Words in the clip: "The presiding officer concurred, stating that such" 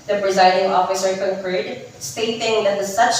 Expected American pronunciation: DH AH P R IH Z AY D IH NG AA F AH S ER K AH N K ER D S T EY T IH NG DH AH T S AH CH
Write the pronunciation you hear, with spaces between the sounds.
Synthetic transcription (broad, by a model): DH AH P R IH Z AY D IH NG AA F AH S ER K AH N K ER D S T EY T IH NG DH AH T S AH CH